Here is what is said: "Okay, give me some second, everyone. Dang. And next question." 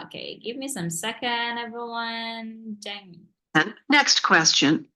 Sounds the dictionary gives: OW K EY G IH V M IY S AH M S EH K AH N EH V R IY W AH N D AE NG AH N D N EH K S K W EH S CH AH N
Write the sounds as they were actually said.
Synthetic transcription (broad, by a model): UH K EY G IH V M IY S AH M S EH K AH N EH V R IY W AH N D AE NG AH N N EH K S K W EH S CH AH N